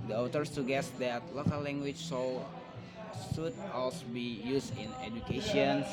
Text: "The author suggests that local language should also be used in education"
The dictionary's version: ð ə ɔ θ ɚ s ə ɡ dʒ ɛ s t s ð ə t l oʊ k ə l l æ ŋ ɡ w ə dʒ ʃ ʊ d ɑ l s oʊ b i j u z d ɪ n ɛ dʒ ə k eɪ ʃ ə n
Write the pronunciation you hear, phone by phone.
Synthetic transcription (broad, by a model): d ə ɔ t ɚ s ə ɡ ɛ s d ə t l oʊ k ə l l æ ŋ ɡ w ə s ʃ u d ɑ l s oʊ b i j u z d ɪ n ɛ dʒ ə k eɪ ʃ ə n